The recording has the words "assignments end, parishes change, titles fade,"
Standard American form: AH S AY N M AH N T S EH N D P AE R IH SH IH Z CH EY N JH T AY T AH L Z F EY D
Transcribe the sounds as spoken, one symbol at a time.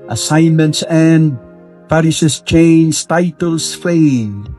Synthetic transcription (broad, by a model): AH S AY N M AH N T S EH N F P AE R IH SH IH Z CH EY N Z T AY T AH L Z F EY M